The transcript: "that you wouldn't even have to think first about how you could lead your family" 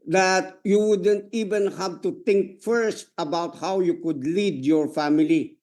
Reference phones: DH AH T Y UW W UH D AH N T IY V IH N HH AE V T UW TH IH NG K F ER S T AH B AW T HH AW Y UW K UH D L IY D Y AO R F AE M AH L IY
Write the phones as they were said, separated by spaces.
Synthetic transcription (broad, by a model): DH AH T Y UW W UH D AH N T IY V IH N HH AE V T UW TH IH NG K F ER S T AH B AW T HH AW Y UW K UH D L IY D Y AO R F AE M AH L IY